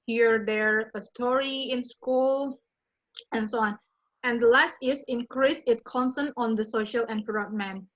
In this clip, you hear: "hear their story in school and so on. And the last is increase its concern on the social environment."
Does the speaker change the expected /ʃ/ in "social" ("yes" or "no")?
no